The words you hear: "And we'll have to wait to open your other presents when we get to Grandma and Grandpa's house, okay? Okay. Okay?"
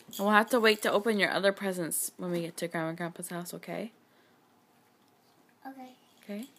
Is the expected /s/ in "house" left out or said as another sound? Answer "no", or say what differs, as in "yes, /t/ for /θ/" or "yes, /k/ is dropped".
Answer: no